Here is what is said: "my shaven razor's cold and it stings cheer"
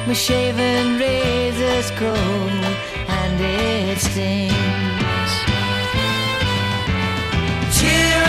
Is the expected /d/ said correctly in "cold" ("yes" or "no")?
no